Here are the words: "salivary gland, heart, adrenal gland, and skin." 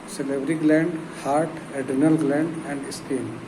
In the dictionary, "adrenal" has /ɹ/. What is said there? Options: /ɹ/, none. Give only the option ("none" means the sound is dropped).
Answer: none